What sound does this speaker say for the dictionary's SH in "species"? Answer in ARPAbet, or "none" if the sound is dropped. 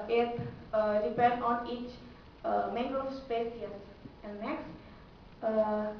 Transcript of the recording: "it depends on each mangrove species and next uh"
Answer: S